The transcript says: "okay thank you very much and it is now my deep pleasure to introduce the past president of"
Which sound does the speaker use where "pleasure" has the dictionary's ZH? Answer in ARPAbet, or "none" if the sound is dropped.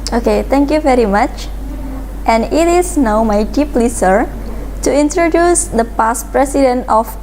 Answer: S